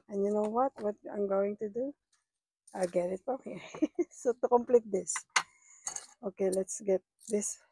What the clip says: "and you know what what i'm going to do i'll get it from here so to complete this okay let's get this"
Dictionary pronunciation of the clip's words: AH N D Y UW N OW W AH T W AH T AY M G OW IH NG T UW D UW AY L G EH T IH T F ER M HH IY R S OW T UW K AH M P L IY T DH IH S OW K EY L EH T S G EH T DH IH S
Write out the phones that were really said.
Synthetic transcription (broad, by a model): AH N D Y UW N OW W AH T W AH T AY M G OW IH NG T UW D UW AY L G EH T IH T P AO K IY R S OW T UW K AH M P L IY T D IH S OW K EY L EH T S G EH T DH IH S